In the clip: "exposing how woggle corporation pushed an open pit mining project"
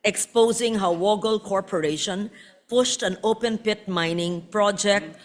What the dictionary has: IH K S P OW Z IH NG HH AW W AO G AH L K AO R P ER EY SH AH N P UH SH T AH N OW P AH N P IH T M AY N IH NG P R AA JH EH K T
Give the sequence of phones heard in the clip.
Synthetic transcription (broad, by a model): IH K S P OW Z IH NG HH AW W AO G AH L K AO R P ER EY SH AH N P UH SH T AH N OW P AH N P IH T M AY N IH NG P R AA JH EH K T